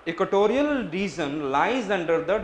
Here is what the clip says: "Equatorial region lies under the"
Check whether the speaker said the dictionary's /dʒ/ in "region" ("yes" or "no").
no